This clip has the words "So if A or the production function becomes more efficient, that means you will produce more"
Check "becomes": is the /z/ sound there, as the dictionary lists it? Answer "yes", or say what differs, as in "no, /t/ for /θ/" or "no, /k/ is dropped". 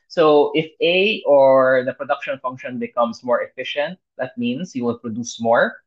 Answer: no, /s/ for /z/